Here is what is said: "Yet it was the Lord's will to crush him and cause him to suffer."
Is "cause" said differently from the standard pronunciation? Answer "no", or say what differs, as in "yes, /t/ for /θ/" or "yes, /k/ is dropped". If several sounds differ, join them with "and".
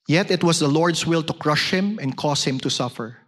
yes, /s/ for /z/